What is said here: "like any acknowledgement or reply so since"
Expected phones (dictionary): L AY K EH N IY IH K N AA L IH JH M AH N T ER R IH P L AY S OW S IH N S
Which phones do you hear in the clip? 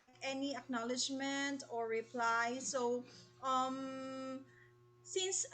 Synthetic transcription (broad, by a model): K EH N IY IH K N AA L IH JH M AH N T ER R IH P L AY S OW S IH N S